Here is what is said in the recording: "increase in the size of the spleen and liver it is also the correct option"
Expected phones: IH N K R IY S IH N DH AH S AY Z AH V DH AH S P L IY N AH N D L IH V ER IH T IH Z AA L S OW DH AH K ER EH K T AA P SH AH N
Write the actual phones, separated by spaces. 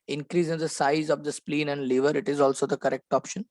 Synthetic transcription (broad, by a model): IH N K R IY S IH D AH S AY Z AH V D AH S P L IY N AH N D L IH V ER IH T IH Z AA L S OW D AH K ER EH K T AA P SH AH N